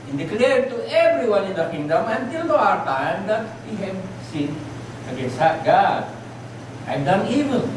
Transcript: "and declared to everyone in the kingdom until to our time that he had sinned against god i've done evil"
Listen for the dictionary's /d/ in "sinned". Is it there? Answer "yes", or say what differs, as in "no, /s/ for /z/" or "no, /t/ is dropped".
no, /d/ is dropped